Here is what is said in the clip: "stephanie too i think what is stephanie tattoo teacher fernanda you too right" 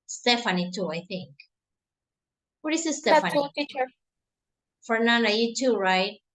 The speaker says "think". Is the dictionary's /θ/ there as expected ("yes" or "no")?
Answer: yes